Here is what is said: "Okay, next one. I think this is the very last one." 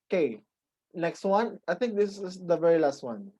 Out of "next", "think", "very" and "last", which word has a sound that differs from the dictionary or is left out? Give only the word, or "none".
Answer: think